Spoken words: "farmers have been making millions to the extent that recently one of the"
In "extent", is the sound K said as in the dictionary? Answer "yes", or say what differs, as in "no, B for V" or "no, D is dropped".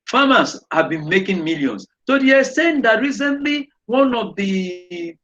no, K is dropped